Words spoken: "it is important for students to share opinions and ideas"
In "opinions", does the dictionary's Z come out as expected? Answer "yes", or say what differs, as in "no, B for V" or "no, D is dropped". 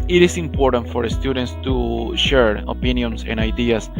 no, S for Z